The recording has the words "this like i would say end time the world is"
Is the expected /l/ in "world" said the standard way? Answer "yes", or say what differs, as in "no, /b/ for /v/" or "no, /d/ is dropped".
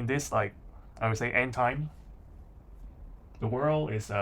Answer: yes